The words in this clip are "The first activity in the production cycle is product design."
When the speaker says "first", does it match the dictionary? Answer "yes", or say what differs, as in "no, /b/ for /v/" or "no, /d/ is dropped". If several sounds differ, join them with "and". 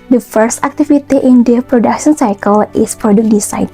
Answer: yes